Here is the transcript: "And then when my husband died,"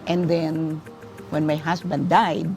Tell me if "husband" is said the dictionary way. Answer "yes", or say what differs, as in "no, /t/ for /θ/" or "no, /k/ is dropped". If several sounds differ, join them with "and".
no, /s/ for /z/